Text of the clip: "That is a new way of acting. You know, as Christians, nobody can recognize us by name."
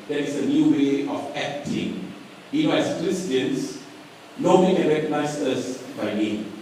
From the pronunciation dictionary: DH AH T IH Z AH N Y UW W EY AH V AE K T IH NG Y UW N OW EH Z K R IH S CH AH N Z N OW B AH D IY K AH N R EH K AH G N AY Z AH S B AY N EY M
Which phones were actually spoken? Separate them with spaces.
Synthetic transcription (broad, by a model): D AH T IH S AH N Y UW W EY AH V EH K T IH NG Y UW N OW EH S K R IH S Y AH N S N OW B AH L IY K AH N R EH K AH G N AY S AH S B AY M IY